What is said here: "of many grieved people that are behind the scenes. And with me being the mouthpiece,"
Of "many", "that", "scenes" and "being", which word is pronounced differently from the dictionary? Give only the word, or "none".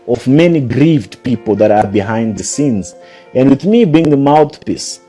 none